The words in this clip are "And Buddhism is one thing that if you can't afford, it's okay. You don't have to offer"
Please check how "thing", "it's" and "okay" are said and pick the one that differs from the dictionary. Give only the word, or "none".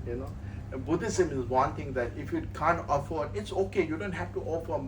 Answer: thing